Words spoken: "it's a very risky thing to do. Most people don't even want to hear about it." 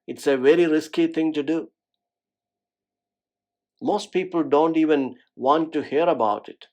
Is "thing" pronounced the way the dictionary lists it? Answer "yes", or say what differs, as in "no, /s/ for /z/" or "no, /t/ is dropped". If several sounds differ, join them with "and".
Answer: no, /t/ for /θ/